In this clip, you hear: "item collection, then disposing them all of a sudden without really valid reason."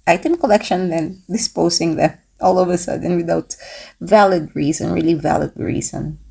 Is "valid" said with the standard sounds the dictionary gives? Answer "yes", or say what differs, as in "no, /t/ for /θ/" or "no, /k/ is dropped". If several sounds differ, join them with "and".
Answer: yes